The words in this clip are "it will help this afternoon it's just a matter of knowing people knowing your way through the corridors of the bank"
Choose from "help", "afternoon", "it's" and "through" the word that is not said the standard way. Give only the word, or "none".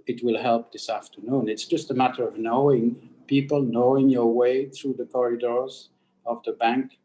none